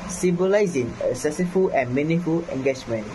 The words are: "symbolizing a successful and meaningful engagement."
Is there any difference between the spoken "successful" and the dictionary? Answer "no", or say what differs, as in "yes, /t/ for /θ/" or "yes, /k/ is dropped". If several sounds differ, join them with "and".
yes, /k/ is dropped and /s/ is dropped